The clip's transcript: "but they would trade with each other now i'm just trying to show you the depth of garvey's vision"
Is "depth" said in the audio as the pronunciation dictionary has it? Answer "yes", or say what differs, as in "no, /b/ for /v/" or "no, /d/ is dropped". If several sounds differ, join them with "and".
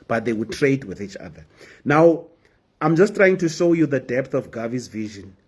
yes